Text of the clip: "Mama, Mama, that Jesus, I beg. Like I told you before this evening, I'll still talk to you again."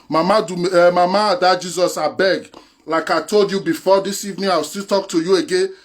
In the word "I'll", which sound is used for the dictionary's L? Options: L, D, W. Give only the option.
W